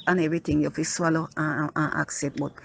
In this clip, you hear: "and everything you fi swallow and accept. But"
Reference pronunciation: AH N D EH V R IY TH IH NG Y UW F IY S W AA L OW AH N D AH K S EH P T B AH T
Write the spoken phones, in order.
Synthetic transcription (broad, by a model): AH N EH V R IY T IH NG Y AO F IY S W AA L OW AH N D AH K S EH T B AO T